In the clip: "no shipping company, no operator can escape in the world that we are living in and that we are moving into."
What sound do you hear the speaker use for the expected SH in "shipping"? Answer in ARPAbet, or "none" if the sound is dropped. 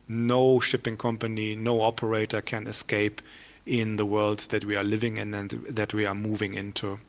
SH